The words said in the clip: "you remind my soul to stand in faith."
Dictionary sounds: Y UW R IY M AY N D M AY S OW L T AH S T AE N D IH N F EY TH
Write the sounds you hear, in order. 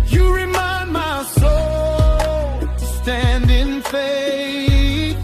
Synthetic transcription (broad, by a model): Y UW R IY M AY N D M AY S OW L S T AE N D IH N F EY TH